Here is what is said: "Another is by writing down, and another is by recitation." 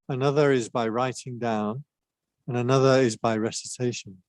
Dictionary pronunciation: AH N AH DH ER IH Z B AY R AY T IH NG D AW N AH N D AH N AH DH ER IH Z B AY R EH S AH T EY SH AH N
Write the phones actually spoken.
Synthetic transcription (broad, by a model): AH N AH DH ER IH Z B AY R AY T IH NG D AW N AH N AH N AH DH ER IH Z B AY R EH S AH T EY SH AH N